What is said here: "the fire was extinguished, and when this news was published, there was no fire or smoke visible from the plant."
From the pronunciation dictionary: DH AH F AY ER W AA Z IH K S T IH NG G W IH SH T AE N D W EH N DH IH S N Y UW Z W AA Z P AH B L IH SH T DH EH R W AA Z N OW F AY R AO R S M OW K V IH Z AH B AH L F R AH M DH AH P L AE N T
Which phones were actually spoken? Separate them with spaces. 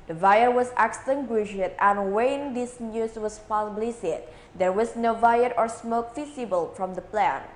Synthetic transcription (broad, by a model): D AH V AY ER W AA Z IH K S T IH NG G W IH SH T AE N W EH N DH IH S N Y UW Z W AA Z P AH B L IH S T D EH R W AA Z N OW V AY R AO R S M OW K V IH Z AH B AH L F R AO M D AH P L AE N